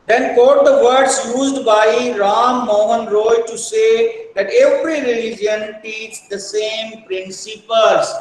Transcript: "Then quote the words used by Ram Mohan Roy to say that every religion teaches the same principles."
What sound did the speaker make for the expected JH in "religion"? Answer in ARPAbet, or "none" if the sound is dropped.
JH